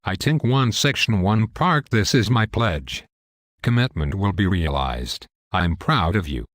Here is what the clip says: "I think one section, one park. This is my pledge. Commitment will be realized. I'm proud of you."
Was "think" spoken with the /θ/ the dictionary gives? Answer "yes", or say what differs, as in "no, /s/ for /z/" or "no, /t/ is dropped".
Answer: no, /t/ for /θ/